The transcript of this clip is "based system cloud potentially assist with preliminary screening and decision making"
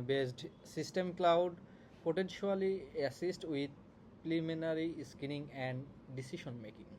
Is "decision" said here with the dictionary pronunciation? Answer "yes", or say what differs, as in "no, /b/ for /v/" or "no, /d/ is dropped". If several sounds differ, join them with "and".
no, /ʃ/ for /ʒ/